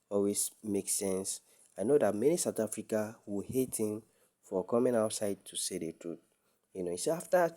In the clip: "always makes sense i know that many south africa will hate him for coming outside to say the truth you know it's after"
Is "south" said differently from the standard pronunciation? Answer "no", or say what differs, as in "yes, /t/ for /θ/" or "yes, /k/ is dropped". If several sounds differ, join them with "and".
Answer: yes, /t/ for /θ/